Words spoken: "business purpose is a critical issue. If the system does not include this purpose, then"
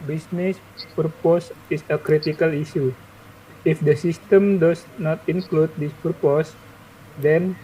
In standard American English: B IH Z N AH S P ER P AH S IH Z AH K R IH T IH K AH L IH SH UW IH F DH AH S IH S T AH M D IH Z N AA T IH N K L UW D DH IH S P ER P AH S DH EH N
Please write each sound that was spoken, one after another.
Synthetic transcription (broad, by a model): B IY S N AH S P ER P AH S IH S AH K R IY T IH K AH L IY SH UW IH F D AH S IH S T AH M D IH S N AA T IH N K L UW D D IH S P ER P AH S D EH N